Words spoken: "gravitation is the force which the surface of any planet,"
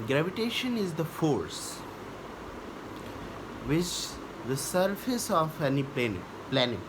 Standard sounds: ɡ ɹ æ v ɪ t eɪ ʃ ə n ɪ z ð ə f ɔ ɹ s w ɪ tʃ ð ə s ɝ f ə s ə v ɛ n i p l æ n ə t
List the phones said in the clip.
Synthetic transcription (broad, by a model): ɡ ɹ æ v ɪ t eɪ ʃ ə n ɪ z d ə f ɔ ɹ s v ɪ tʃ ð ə s ɝ f ə s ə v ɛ n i p l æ n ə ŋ